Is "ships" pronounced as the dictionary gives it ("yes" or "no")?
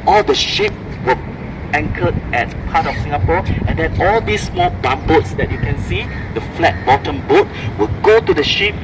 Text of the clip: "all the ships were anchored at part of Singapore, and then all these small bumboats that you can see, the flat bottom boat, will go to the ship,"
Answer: no